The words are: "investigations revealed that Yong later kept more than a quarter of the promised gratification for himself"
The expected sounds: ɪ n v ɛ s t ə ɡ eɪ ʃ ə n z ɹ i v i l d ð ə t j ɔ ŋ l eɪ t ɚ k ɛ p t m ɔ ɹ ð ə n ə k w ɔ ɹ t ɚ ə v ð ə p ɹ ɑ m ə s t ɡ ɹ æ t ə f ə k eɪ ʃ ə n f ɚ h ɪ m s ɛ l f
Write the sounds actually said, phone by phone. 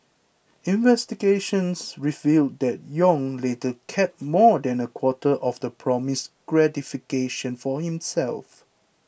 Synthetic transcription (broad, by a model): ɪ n v ɛ s t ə ɡ eɪ ʃ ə n s ɹ i v i l d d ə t j ɔ ŋ l eɪ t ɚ k ɛ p m ɔ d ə n ə k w ɔ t t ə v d ə p ɹ ɑ m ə s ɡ ɹ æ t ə f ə k eɪ ʃ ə n f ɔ h ɪ m s ɛ l f